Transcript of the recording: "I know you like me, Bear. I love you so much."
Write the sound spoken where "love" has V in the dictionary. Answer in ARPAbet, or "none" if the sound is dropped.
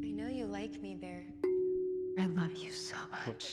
V